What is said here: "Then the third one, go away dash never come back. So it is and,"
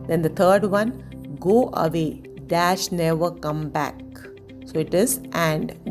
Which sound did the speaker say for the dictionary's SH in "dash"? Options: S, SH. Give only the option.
SH